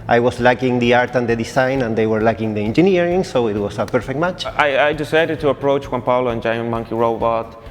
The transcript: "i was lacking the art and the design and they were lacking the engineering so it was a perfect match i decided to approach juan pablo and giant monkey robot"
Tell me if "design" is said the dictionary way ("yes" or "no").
no